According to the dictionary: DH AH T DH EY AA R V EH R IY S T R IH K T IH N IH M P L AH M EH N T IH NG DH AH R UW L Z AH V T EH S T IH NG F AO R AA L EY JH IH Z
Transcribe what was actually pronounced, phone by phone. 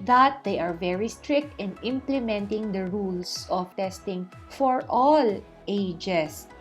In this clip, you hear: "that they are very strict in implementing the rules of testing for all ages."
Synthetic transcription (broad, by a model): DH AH T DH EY AA R V EH R IY S T R IH K T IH N IH M P L AH M EH N T IH NG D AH R UW L S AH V T EH S T IH NG F AO R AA L EY JH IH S